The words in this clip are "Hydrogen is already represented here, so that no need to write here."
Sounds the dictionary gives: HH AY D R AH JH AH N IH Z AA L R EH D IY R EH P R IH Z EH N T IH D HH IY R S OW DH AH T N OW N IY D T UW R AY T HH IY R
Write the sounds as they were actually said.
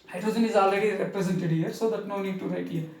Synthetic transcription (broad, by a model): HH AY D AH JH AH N IH Z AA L EH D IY R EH P R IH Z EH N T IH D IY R S OW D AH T N OW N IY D T UW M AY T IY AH